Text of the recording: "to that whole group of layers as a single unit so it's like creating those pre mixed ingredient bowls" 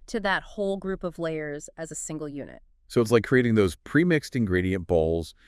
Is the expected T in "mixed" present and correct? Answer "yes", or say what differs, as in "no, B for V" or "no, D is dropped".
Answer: yes